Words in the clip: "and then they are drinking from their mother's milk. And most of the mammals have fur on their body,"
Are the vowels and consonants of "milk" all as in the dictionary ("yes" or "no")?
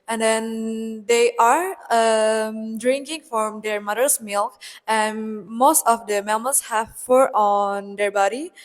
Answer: yes